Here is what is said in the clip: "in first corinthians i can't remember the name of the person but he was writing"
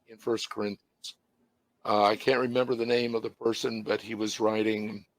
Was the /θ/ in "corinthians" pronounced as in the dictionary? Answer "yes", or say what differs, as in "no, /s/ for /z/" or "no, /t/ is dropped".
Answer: yes